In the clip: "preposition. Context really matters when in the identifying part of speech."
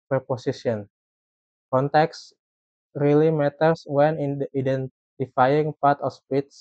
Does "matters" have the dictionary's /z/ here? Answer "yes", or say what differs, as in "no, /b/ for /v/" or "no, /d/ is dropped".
no, /s/ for /z/